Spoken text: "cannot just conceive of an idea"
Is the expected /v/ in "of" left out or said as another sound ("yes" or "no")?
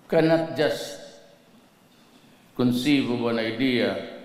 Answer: yes